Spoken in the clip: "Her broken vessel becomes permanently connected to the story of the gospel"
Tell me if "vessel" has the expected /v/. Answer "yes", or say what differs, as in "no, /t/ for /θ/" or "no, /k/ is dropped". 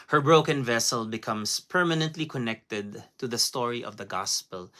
yes